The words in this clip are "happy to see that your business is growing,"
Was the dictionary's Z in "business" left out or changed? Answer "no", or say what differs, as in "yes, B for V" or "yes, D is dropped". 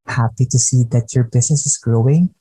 yes, S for Z